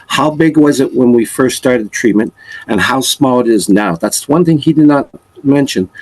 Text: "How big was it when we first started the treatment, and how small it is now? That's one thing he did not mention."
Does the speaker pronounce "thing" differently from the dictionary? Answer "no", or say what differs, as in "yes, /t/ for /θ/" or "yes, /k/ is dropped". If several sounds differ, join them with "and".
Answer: no